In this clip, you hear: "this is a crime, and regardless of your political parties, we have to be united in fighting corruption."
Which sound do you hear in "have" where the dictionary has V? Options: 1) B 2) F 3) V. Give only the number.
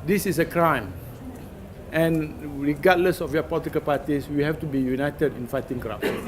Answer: 2